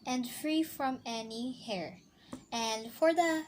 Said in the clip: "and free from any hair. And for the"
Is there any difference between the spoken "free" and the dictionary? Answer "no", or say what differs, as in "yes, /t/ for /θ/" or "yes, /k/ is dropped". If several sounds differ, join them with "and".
no